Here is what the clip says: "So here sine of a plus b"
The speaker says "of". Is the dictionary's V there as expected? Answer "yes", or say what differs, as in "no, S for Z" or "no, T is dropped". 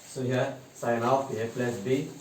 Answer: no, P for V